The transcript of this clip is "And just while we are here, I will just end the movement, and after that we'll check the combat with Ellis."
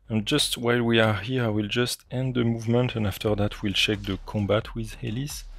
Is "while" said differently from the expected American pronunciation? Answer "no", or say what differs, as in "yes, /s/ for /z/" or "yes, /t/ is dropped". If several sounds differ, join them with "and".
no